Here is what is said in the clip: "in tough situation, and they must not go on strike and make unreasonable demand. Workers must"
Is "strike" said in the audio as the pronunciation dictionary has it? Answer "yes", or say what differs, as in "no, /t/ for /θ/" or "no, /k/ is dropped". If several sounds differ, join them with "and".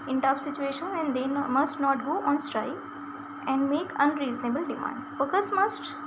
no, /k/ is dropped